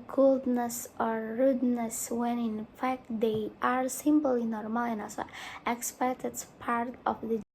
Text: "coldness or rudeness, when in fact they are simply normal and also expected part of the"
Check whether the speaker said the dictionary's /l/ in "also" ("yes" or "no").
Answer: no